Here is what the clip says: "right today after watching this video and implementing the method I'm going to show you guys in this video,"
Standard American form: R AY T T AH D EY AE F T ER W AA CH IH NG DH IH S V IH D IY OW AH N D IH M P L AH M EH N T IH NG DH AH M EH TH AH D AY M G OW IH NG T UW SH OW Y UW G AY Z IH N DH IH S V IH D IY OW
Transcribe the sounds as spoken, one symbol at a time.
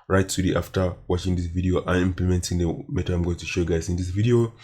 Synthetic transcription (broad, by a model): R AY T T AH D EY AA F T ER W AA CH IH NG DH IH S V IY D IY OW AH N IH M P L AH M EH N T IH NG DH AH M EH T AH AY M G OW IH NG T UW SH OW Y UW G AY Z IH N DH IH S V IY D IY OW